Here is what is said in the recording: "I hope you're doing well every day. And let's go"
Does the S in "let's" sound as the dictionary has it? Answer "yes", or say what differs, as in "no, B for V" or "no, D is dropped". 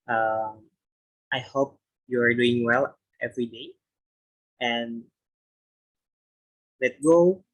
no, S is dropped